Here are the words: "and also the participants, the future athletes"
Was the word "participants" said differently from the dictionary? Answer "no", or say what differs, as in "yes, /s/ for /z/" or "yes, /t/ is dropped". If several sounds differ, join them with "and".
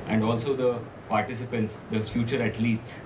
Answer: no